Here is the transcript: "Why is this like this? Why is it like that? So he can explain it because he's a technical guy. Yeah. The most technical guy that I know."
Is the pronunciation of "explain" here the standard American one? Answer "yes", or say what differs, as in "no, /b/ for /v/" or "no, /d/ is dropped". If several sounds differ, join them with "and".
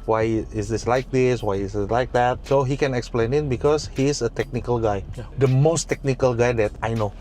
yes